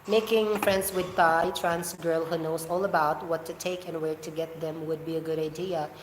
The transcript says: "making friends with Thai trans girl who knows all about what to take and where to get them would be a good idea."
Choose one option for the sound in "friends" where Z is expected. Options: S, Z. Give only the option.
S